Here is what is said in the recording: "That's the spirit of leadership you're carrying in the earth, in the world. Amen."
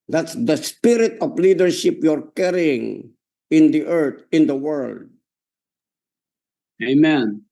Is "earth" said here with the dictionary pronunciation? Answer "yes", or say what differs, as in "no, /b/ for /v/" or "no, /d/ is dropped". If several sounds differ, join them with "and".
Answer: no, /t/ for /θ/